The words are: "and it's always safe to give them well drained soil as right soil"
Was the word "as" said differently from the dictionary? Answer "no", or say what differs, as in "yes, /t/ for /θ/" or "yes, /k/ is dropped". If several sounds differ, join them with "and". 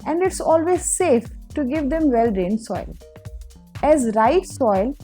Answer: no